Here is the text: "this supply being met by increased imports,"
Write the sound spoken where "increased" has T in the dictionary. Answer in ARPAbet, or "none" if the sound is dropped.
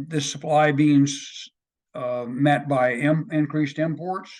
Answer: T